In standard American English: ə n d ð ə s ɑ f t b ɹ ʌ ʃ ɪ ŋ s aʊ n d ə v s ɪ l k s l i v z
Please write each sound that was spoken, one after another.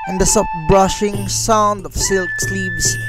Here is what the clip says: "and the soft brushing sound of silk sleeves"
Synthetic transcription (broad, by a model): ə n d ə s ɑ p b ɹ ʌ ʃ ɪ ŋ s aʊ n d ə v s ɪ l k s l i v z